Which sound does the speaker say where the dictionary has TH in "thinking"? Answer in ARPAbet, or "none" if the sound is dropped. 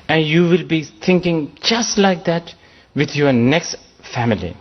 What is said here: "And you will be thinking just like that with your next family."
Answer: T